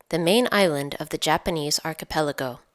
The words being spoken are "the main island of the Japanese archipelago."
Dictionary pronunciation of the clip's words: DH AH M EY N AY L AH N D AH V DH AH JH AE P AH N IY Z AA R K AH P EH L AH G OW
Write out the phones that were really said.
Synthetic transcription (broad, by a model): DH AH M EY N AY L AH N D AH V DH AH JH AE P AH N IY Z AA R K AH P EH L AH G OW